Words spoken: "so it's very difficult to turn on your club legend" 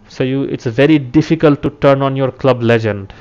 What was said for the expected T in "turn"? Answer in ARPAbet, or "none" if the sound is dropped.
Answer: T